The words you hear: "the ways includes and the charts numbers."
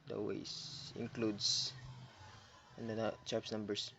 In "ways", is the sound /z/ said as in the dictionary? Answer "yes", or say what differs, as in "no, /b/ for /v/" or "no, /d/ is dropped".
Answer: no, /s/ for /z/